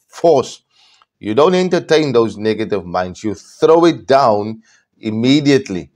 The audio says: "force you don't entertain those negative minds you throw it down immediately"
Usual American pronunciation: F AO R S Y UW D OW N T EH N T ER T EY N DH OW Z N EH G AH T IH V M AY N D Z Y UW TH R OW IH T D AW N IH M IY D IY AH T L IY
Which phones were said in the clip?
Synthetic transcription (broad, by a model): F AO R S Y UW D OW N T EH N T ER T EY N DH OW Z N EH G AH T IH V M AY N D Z Y UW TH R OW IH T D AW N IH M IY D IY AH T L IY